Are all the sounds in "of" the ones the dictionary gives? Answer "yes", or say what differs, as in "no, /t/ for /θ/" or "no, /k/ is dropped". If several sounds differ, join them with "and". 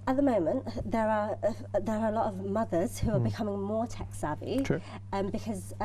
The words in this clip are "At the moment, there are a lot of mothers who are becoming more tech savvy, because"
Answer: yes